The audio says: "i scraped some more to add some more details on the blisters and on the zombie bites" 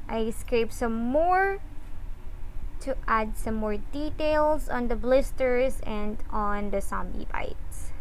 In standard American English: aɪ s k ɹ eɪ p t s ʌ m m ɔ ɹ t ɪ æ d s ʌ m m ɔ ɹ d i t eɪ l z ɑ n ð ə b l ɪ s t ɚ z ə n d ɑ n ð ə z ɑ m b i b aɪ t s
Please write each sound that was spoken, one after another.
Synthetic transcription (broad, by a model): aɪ s k ɹ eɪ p s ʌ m m ɔ ɹ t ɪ æ d s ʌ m m ɔ ɹ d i t eɪ l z ɑ n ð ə b l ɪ s t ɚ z ə n d ɑ n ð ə s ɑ m b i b aɪ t s